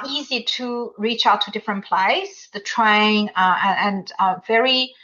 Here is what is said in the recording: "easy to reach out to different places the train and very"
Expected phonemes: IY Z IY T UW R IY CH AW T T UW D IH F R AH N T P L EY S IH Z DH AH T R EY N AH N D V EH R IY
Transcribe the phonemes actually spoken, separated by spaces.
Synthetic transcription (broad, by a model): IY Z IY T UW R IY CH AW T T UW D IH F R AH N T P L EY IH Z DH AH T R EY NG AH N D V EH R IY